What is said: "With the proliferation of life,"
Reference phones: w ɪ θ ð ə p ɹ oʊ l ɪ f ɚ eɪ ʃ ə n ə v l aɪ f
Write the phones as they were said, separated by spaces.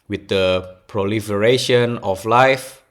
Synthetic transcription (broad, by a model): w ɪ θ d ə p ɹ oʊ l ɪ f ɚ eɪ ʃ ə n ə f l aɪ f